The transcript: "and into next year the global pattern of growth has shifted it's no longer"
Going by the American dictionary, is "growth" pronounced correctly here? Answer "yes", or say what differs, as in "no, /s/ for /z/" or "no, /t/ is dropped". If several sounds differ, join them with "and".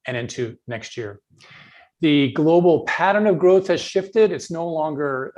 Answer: yes